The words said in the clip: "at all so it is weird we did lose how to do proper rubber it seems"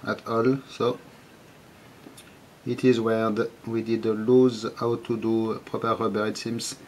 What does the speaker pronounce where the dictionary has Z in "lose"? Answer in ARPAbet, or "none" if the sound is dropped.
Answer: Z